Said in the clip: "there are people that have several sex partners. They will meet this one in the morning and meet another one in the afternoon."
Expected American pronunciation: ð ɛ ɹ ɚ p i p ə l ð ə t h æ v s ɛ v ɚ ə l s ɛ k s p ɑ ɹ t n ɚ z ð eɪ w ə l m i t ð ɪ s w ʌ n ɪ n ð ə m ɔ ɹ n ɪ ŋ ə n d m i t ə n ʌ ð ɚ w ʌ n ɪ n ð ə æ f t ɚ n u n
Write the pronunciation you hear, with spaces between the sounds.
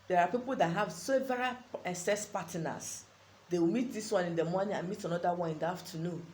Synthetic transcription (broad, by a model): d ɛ ɹ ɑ p i p ə l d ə t h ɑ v s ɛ v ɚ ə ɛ s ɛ s p ɑ t n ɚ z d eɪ w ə m i t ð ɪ s w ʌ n ɪ n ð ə m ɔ n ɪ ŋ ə n m i t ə n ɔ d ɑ w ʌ n ɪ n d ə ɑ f t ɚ n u n